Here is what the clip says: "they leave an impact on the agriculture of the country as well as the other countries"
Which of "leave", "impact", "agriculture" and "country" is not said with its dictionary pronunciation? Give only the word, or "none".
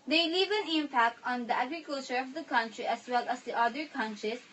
none